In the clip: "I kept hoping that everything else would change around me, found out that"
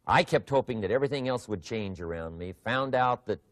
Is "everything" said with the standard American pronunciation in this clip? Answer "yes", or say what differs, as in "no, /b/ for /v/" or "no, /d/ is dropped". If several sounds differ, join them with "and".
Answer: yes